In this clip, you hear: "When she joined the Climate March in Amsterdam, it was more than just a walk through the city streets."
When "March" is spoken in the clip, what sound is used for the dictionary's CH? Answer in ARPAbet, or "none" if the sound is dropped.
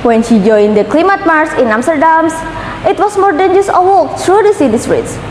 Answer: S